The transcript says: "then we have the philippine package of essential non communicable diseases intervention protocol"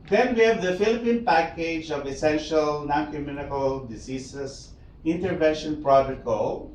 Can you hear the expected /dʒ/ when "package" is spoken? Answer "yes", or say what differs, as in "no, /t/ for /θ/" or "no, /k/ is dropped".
yes